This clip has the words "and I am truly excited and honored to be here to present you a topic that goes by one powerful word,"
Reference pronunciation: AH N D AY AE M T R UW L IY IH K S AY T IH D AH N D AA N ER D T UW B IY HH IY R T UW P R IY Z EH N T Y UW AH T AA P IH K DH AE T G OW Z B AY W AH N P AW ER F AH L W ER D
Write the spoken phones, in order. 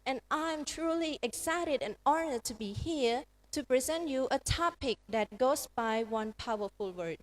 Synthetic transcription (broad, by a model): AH N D AY M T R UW L IY IH K S AY T IH D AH N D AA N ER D T UW B IY HH IY R T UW P R IY Z EH N T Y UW AH T AA P IH K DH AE T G OW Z B AY W AH N P AW ER F AH L W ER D